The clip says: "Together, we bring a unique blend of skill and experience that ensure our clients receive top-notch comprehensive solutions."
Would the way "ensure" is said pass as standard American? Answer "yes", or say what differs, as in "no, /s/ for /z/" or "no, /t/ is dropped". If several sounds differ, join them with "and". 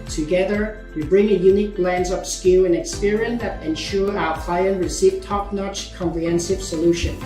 yes